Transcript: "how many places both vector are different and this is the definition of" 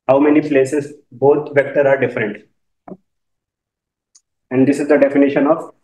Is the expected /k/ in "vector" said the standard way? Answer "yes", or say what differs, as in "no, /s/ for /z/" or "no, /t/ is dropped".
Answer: yes